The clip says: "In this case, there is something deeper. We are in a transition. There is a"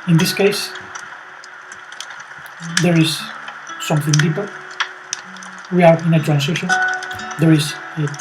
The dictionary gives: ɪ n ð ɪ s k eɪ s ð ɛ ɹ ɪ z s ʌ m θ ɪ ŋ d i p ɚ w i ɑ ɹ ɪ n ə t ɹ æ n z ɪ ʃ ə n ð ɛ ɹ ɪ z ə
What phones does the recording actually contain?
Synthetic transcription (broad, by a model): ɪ n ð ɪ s k eɪ s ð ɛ ɹ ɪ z s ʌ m θ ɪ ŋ d i p ɚ w i ɑ ɹ ɪ n ə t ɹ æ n s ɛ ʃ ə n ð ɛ ɹ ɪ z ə